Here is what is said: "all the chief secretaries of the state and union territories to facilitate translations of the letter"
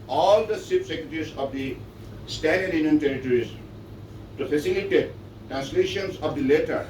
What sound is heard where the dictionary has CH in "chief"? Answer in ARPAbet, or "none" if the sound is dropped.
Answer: S